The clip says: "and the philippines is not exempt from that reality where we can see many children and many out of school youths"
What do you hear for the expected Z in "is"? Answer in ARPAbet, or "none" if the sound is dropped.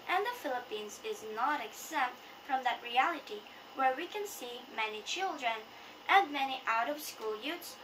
Z